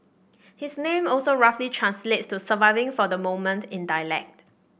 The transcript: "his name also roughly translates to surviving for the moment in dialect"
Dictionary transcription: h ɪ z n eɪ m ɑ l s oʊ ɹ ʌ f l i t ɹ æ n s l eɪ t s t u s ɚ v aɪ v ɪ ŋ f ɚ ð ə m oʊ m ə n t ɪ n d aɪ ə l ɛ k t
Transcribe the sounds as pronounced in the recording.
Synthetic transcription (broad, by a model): h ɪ s n eɪ m ɑ l s oʊ ɹ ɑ f l i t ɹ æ n s l eɪ t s t u s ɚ v aɪ v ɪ ŋ f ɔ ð ə m oʊ m ə n t ɪ n d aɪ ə l ɛ k t